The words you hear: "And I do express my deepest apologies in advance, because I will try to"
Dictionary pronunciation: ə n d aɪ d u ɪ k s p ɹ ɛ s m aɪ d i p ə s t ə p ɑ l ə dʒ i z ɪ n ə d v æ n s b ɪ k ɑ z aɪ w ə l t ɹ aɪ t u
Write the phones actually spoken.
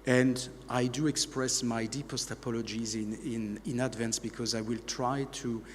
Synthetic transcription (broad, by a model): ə n d aɪ d u ɪ k s p ɹ ɛ s m aɪ d i p ə s t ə p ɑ l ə dʒ i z ɪ n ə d v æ n s b ɪ k ɑ z aɪ w ə l t ɹ aɪ t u